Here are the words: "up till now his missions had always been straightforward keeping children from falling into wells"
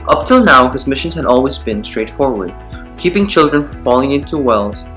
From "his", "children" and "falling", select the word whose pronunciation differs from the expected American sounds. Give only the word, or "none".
none